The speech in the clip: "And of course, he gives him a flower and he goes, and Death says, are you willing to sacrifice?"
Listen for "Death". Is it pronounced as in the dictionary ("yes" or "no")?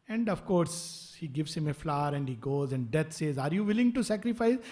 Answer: no